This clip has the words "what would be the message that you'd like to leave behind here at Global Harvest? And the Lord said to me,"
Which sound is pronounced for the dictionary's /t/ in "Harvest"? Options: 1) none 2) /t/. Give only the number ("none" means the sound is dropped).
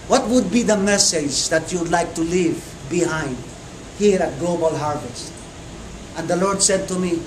2